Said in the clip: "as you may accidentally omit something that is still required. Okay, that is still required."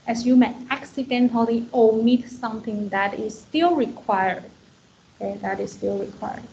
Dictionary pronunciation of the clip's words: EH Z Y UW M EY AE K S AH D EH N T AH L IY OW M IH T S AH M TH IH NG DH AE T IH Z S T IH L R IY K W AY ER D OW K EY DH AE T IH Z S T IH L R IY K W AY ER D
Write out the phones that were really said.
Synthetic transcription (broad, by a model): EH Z Y UW M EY AE K S AH D EH N T AH L IY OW M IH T S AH M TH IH NG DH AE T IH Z S T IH L R IY K W AY ER D OW K EY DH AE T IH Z S T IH L R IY K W AY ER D